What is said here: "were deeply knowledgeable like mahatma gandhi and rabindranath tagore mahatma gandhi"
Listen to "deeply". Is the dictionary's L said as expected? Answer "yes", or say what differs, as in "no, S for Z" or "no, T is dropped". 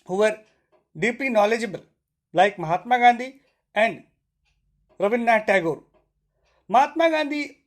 no, L is dropped